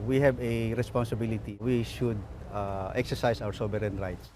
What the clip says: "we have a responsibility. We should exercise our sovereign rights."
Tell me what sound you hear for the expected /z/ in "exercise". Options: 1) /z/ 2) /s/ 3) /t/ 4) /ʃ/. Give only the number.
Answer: 2